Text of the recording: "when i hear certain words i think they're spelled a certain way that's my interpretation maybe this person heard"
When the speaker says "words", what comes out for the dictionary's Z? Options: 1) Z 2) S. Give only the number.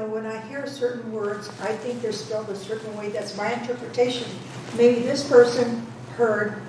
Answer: 1